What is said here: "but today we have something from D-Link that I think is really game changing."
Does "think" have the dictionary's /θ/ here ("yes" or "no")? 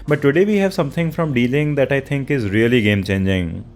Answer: no